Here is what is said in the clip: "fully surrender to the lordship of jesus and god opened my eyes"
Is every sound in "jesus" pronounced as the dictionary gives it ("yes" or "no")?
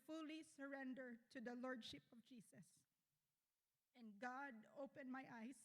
no